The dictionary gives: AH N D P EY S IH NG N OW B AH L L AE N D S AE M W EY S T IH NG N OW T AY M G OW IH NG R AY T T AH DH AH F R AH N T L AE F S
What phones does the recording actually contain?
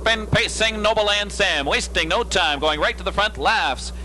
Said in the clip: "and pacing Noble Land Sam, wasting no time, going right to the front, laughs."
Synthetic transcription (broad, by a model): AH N P EY S IH NG N OW AH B L AE N D S AE M W EY S T IH NG N OW T AY M G OW IH NG R AY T T AH DH AH F R AH N T L AE F S